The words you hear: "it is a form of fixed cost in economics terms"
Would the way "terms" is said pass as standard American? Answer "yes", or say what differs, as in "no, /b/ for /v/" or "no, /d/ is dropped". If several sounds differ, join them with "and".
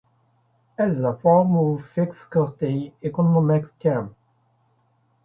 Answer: no, /z/ is dropped